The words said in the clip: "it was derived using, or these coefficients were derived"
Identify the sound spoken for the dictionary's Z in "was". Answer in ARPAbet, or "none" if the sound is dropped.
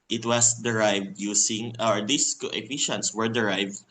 S